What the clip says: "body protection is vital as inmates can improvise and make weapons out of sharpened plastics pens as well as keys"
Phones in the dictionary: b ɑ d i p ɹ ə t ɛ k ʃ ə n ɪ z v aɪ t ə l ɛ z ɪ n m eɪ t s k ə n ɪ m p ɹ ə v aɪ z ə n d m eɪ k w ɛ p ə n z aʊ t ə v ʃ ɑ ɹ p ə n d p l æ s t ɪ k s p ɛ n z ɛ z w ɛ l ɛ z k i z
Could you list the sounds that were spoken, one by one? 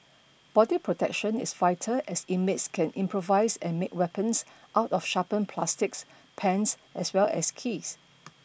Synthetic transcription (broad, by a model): b ɑ d i p ɹ ə t ɛ k ʃ ə n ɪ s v aɪ t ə ɛ s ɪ m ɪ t s k ə n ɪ m p ɹ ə v aɪ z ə n m eɪ k w ɛ p ə n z aʊ t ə f ʃ ɑ p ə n p l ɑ s t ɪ k s p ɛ n s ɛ s w ɛ l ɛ s k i s